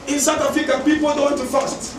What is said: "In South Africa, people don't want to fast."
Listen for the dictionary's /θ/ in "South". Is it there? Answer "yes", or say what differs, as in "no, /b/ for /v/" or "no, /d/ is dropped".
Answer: no, /t/ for /θ/